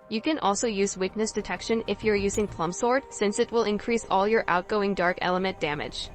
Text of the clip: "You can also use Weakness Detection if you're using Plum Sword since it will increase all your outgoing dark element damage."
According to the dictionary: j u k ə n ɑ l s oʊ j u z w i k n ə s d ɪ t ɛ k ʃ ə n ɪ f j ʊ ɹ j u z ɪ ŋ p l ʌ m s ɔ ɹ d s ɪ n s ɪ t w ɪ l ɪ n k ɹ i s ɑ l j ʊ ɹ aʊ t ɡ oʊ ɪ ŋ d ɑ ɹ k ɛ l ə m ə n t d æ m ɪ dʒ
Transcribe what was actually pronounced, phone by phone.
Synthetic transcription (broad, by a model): j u k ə n ɑ l s oʊ j u z w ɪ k n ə s d ɪ t ɛ k ʃ ə n ɪ f j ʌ ɹ j u z ɪ ŋ p l ʌ m s ɔ ɹ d s ɪ n s ɪ t w ɪ l ɪ n k ɹ i s ɑ l j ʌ ɹ aʊ t ɡ oʊ ɪ ŋ d ɑ ɹ k ɛ l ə m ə n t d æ m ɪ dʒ